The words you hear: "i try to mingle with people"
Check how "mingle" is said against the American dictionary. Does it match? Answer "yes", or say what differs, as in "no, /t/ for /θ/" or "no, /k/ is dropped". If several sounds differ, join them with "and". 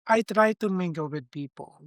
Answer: no, /ŋ/ is dropped